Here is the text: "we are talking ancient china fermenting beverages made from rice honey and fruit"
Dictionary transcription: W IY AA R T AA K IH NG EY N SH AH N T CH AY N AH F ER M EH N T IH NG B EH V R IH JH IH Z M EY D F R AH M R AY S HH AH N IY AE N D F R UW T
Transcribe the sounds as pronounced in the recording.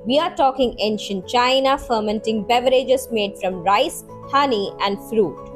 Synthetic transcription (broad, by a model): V IY AA R T AA K IH NG EY N SH AH N T CH AY N AH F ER M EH N T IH NG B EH V R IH JH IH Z M EY D F R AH M R AY S HH AH N IY AE N D F R UW T